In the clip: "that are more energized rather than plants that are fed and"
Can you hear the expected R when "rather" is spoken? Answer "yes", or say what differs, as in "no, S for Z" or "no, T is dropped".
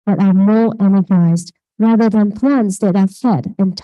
yes